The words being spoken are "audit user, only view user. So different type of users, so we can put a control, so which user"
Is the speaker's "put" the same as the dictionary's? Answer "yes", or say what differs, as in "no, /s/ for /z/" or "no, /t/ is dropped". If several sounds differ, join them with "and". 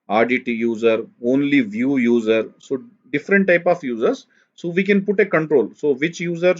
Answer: yes